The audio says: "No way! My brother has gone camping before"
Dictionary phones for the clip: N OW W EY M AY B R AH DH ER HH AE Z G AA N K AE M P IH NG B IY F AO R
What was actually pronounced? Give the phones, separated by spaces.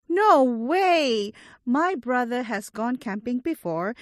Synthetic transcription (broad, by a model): N OW W EY M AY B R AH DH ER HH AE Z G AA N K AE M P IH NG B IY F AO R